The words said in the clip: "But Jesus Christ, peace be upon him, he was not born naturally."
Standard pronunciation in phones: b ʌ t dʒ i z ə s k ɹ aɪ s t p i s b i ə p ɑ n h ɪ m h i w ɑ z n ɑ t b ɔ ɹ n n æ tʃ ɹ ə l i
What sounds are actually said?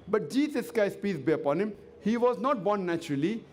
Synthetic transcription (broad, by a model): b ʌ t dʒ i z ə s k aɪ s p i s b i ə p ɑ n h ɪ m h i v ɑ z n ɑ t b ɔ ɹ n n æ tʃ ɹ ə l i